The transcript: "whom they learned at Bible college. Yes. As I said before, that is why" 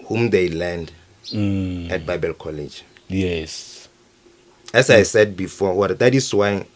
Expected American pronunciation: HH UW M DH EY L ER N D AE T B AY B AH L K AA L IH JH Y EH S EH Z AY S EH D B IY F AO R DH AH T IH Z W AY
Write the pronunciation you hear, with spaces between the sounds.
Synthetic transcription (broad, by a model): HH UW M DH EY L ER N D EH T B AY B AH L K AA L IH JH Y EH S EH S AY S EH D B IY F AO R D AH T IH S W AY